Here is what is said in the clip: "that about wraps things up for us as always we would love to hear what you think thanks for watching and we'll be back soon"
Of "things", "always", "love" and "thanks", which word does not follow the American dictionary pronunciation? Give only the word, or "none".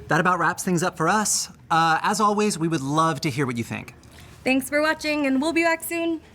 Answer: none